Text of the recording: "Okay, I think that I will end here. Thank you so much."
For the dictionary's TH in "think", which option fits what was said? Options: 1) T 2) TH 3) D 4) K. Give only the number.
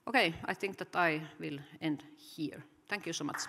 2